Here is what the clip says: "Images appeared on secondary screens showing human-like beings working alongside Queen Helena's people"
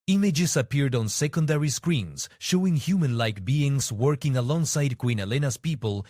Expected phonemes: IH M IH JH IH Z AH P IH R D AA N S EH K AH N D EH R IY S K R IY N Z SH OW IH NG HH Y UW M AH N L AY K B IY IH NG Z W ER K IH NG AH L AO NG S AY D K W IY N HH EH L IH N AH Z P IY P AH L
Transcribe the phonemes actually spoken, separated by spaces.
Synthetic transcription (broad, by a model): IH M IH JH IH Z AH P IH R D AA N S EH K AH N D EH R IY S K R IY N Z SH OW IH NG HH Y UW M AH N L AY K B IY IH NG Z W ER K IH NG AH L AO NG S AY D K W IY N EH L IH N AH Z P IY P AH L